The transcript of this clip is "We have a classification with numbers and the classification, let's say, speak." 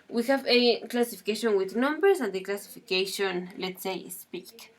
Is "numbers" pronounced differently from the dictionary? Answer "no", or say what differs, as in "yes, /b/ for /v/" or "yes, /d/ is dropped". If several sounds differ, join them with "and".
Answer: yes, /s/ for /z/